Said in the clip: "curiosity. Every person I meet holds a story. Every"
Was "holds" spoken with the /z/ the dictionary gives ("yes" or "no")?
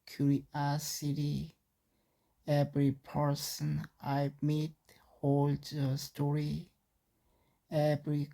no